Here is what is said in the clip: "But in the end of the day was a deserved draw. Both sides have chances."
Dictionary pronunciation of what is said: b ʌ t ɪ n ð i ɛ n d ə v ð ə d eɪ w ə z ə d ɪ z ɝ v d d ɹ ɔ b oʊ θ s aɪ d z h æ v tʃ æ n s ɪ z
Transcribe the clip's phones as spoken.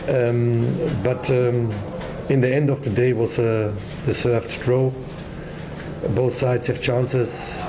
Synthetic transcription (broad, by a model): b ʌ t ɪ n ð i ɛ n d ə v ð ə d eɪ w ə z ə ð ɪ s ɝ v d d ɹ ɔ b oʊ θ s aɪ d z h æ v tʃ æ n s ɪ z